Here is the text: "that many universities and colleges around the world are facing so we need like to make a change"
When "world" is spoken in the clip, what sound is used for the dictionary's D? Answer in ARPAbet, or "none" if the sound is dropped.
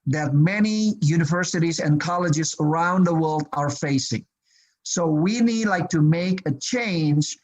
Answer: D